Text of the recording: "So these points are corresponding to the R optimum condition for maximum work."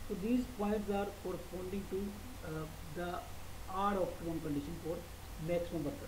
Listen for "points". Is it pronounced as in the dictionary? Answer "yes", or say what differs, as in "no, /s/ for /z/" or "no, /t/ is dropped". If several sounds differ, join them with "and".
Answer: no, /n/ is dropped